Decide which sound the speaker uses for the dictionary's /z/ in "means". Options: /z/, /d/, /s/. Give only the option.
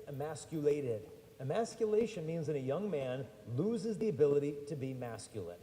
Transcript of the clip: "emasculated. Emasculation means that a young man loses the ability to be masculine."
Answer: /z/